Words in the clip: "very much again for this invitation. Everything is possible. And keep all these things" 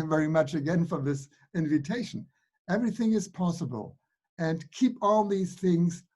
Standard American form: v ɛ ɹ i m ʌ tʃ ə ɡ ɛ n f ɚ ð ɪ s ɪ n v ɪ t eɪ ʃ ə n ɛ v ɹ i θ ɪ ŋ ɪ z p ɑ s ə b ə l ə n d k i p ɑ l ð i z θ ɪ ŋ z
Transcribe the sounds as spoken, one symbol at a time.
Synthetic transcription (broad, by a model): v ɛ ɹ i m ʌ tʃ ə ɡ ɛ n f ɚ ð ɪ s ɪ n v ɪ t eɪ ʃ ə n ɛ v ɹ i θ ɪ ŋ ɪ z p ɑ s ə b ə l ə n k i p ɑ l ð i z θ ɪ ŋ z